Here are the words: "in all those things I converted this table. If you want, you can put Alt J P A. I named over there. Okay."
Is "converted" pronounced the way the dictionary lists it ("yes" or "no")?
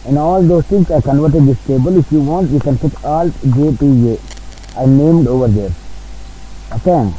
yes